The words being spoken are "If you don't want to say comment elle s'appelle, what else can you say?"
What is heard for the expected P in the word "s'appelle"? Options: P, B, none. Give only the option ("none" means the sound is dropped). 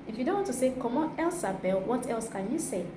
B